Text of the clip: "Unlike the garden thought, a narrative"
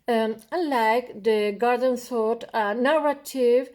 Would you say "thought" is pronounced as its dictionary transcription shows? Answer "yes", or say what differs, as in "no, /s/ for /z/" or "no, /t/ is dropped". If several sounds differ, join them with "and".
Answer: no, /s/ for /θ/